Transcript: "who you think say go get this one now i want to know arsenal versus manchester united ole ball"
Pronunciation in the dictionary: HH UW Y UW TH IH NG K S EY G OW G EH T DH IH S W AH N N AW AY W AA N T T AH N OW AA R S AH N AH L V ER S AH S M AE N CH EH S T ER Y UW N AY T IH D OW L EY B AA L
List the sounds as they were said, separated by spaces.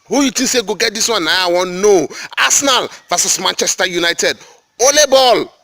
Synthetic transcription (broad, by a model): HH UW Y UW T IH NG S EY G OW G EH T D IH S W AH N N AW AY W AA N N OW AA S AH N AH L V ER S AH S M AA N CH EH S T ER Y UW N AY T IH D OW L EY B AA L